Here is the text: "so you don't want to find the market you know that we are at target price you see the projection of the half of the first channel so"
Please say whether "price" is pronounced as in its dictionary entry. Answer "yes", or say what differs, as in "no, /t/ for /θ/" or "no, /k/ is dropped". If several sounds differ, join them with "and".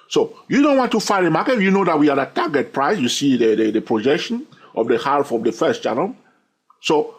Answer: yes